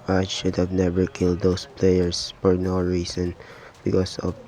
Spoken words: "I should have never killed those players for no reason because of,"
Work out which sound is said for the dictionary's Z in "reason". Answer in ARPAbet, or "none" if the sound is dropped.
S